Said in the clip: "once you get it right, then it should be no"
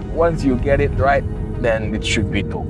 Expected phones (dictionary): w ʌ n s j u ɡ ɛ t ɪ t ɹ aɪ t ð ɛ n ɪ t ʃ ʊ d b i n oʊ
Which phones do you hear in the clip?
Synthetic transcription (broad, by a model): w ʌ n s j u ɡ ɛ t ɪ t ɹ aɪ t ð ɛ n ɪ t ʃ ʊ d b i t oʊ